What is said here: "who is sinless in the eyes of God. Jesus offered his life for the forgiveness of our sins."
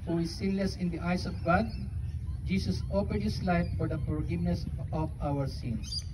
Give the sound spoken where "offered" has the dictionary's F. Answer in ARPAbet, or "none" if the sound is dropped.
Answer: P